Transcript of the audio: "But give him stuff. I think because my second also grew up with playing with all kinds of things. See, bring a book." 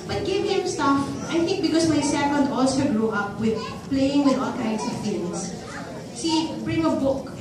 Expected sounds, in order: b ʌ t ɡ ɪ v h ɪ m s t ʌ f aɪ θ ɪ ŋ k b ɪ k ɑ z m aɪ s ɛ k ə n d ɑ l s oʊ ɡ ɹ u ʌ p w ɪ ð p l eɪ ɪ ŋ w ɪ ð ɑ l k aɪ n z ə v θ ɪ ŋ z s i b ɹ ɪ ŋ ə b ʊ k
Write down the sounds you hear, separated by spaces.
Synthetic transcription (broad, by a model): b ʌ t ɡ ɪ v h ɪ m s t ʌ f aɪ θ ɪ ŋ k b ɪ k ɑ s m aɪ s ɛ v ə n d ɑ l s oʊ ɡ ɹ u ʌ p w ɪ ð p l eɪ ɪ ŋ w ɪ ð ɑ l k aɪ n s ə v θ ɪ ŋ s s i b ɹ ɪ ŋ ə b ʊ k